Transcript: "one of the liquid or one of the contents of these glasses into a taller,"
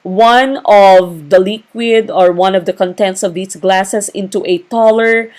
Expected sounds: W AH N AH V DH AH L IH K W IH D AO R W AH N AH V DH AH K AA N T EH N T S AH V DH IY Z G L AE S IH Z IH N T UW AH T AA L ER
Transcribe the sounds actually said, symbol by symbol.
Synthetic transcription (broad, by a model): W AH N AH V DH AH L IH K W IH D AO R W AH N AH V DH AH K AA N T EH N T S AH V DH IY S G L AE S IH S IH N T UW AH T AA L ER